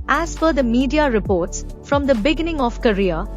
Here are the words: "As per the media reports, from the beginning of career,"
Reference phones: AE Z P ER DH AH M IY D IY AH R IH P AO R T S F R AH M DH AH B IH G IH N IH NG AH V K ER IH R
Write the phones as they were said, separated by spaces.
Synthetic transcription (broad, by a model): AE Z F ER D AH M IY D IY AH R IH P AO R T S F R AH M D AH B IH G IH N IH NG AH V K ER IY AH